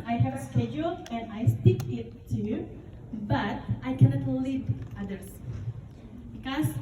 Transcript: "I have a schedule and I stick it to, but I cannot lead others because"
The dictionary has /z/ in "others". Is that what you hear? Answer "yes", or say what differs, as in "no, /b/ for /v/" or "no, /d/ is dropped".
no, /s/ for /z/